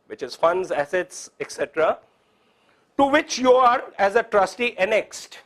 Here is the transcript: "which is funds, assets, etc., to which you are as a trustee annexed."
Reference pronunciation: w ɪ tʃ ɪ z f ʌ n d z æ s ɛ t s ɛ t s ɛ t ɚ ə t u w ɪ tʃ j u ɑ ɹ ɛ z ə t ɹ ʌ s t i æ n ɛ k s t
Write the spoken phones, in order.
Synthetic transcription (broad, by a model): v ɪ tʃ ɪ z f ʌ n d z æ s ɛ t s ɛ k s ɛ t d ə t u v ɪ tʃ j u ɑ ɹ ɛ z ə t ɹ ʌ s t i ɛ n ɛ k s t